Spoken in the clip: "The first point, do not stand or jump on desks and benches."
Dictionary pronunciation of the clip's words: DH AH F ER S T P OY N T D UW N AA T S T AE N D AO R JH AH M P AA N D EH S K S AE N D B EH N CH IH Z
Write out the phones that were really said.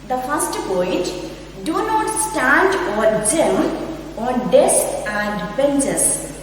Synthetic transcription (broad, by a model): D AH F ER S T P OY T D UW N AA T S T AE N D AO R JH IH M AA N D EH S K AE N D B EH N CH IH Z